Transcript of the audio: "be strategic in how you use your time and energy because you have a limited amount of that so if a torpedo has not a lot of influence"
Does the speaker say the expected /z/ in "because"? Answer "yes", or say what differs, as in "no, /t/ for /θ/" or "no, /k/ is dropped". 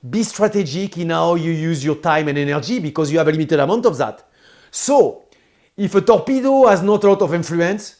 yes